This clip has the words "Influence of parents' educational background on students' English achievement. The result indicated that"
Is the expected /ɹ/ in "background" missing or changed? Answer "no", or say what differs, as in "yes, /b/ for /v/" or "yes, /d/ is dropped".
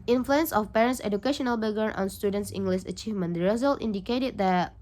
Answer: yes, /ɹ/ is dropped